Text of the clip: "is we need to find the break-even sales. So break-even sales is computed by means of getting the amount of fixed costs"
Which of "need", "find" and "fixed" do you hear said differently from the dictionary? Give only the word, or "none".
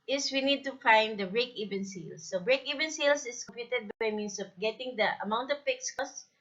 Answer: fixed